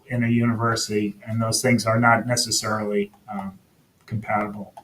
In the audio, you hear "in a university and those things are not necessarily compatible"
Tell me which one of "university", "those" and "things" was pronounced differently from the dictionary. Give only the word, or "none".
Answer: none